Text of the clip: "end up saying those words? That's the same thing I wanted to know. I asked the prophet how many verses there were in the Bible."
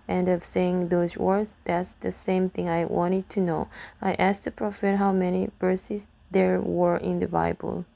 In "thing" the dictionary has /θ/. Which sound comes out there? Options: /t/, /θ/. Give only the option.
/θ/